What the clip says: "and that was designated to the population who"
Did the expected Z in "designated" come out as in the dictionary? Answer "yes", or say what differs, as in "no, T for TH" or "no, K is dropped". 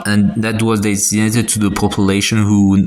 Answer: no, S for Z